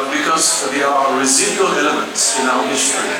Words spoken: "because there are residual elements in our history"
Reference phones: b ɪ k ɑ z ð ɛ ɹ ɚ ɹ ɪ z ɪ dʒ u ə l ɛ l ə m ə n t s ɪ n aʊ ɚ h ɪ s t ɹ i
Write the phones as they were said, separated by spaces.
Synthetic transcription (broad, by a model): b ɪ k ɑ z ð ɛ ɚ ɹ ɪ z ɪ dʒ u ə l ɛ l ə m ə n t s ɪ n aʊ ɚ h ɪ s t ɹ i